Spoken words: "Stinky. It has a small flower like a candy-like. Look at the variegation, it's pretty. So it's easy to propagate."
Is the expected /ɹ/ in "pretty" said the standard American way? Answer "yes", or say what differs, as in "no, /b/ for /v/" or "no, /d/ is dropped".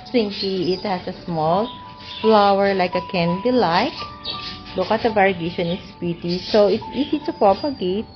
no, /ɹ/ is dropped